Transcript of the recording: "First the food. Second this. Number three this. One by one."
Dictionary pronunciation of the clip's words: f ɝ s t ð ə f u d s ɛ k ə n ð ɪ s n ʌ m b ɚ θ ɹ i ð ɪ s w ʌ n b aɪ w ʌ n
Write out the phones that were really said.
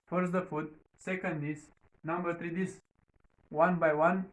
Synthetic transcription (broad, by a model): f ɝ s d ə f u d s ɛ k ə n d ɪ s n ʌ m b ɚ t ɹ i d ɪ s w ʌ n b aɪ w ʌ n